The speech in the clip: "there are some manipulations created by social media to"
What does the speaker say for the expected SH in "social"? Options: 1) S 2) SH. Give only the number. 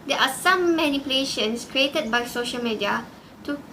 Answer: 2